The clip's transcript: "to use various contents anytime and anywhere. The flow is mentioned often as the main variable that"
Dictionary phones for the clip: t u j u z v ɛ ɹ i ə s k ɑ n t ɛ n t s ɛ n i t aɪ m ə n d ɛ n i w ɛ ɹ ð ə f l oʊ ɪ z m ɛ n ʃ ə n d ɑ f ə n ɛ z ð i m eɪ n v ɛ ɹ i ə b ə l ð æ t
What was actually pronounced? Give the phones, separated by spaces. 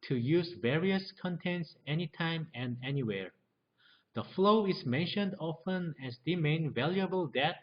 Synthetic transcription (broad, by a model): t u j u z v ɛ ɹ i ə s k ɑ n t ɛ n t s ɛ n i t aɪ m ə n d ɛ n i w ɛ ɹ ð ə f l oʊ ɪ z m ɛ n ʃ ə n d ɑ f ə n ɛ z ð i m eɪ n v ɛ l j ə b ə l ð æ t